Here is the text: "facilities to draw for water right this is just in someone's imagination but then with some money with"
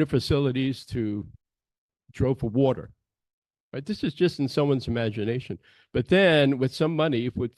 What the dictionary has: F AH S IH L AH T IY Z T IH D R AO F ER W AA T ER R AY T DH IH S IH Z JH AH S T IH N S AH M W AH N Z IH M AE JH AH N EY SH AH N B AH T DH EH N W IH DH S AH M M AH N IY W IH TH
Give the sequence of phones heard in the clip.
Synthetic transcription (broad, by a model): F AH S IH L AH T IY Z T IH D R AO F ER W AA T ER R AY T DH IH S IH Z JH AH S T N S AH M W AH N Z IH M AE JH AH N EY SH AH N B AH T DH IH N W IH DH S AH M M AH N IY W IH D